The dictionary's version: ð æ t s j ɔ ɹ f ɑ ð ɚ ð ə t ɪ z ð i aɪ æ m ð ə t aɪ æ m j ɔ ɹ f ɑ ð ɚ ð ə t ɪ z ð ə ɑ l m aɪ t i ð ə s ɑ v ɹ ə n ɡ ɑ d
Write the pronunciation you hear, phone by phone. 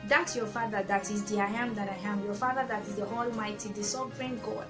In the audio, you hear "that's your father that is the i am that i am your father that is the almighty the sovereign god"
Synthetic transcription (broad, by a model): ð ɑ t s j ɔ f ɑ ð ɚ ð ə t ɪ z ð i aɪ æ m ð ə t aɪ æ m j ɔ f ɑ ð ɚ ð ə t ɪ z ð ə ɑ l m aɪ t i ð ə s ɑ v ɹ ə n ɡ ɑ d